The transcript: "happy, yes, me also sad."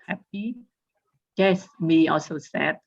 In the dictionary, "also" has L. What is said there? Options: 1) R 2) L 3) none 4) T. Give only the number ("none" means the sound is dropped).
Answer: 2